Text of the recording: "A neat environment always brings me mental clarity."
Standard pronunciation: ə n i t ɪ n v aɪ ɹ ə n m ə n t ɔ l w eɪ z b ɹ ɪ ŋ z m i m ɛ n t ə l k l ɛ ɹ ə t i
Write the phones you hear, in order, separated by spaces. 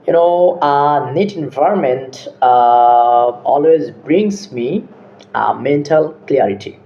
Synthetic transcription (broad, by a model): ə n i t ɪ n v aɪ ɹ ə n m ə n t ɔ l w eɪ z b ɹ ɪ ŋ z m i m ɛ n t ə l k l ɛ ɹ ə t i